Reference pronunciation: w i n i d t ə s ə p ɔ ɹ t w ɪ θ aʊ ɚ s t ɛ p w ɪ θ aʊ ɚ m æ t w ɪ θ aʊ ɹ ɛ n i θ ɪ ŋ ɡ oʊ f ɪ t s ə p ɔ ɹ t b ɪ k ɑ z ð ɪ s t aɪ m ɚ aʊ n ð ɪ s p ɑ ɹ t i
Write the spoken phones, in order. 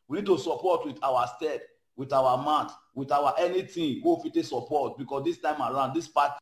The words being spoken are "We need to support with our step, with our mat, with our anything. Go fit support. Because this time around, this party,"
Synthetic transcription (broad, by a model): w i n i d t ə s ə p ɔ t w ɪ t aʊ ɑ s t ɛ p w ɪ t aʊ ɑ m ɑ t w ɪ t aʊ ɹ ɛ n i t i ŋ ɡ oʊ f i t s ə p ɔ t b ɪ k ɑ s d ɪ s t aɪ m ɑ aʊ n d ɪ s p ɑ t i